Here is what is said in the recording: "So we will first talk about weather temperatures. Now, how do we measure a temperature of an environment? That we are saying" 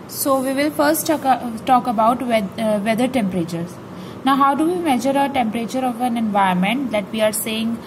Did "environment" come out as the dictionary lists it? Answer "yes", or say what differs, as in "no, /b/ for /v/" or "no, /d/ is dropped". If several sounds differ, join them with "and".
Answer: no, /ɹ/ is dropped